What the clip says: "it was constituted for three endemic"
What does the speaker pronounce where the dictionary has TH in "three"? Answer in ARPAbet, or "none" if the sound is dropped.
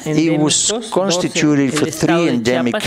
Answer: TH